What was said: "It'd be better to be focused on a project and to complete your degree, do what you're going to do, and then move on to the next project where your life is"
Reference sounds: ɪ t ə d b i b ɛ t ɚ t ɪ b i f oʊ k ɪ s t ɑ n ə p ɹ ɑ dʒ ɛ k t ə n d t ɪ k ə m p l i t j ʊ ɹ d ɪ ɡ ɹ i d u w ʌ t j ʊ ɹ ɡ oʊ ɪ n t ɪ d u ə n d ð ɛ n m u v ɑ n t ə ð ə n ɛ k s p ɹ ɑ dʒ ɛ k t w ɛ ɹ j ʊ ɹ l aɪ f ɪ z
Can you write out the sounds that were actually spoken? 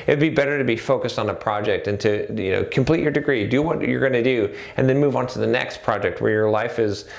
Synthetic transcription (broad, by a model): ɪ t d b i b ɛ t ɚ t ɪ b i f oʊ k ɪ s t n ə p ɹ ɑ dʒ ɛ k t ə n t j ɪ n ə m p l i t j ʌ ɹ d ɪ ɡ ɹ i d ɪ w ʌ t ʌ ɹ ɡ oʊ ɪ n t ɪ d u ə n ð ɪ n m u v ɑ n t ə ð ə n ɛ k s p ɹ ɑ dʒ ɛ k t w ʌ ɹ j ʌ ɹ l aɪ f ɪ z